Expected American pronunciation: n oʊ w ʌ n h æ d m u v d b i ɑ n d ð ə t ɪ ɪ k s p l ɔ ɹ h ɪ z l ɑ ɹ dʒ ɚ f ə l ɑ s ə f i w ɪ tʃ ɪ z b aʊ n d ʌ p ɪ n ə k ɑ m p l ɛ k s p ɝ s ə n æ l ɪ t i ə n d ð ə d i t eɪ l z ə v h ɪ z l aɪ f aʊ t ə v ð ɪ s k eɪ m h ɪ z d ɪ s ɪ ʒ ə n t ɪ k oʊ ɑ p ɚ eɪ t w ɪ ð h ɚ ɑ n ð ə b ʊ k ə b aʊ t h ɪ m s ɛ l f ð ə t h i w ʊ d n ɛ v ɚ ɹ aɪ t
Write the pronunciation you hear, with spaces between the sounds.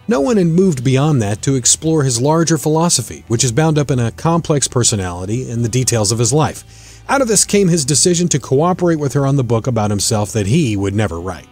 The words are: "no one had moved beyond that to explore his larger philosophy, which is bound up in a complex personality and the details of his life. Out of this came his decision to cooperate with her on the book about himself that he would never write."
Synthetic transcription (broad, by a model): n oʊ w ʌ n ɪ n m u v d b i ɑ n ð ə t ɪ ɪ k s p l ɔ ɹ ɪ z l ɑ ɹ dʒ ɚ f ə l ɑ s ə f i w ɪ tʃ ɪ z b aʊ n d ʌ p ɪ n ə k ɑ m p l ɛ k s p ɝ s ə n æ l ɪ t i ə n ð ə d i t eɪ l z ə v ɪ z l aɪ f aʊ t ə v ð ɪ s k eɪ m ɪ z d ɪ s ɪ ʒ ə n t ɪ k oʊ ɑ p ɚ eɪ t w ɪ ð ɚ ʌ n ð ə b ʊ k ə b aʊ t h ɪ m s ɛ l f ð ə t h i w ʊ d n ɛ v ɚ ɹ aɪ t